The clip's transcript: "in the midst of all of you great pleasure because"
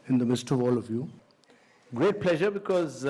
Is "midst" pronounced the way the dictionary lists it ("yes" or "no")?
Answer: yes